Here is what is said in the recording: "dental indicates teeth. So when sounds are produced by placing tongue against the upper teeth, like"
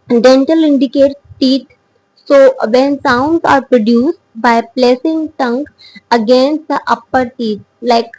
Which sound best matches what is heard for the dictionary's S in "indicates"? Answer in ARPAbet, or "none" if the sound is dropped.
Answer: none